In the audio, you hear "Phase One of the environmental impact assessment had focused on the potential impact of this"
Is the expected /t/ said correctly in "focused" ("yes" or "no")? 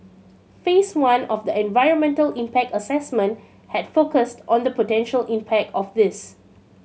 yes